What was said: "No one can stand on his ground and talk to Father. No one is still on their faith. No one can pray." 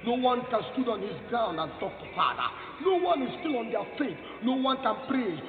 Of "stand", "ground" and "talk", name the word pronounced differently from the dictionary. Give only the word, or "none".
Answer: stand